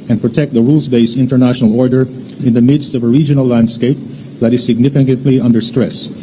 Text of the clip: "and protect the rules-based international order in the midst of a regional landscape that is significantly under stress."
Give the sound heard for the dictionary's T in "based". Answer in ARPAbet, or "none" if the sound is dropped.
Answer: none